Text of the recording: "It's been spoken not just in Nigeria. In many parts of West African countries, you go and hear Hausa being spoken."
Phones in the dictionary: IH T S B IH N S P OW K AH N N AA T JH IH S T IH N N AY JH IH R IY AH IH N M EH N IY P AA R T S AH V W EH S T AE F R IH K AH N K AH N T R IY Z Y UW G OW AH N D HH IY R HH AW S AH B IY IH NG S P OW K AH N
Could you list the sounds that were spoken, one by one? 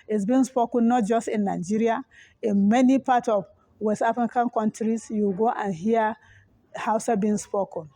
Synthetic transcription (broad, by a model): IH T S B IH N S P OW K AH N N AA T JH IH S T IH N N AY JH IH R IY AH IH N M EH N IY P AA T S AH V W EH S AA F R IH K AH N K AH N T R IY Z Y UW G OW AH N HH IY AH HH AW S AH B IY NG S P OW K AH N